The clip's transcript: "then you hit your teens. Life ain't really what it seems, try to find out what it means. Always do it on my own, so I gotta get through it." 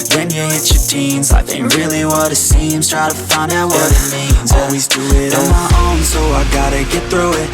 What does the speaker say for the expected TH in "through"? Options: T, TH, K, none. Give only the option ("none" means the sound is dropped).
TH